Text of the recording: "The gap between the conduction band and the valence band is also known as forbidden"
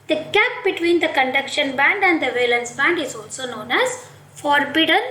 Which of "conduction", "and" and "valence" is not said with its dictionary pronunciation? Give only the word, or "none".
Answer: none